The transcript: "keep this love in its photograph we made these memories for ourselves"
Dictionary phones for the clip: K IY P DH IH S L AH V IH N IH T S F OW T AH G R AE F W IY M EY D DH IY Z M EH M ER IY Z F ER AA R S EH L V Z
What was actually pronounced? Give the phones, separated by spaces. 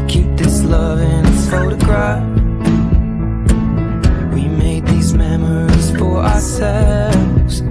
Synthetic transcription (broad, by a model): K IY P DH IH S L AH V IH N F OW T AH G R AE F W IY M EY D DH IY Z M EH M ER IY Z F ER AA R S EH L V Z